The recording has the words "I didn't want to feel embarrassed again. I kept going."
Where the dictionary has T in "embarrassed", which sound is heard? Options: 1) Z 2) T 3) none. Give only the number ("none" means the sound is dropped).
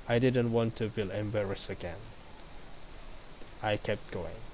3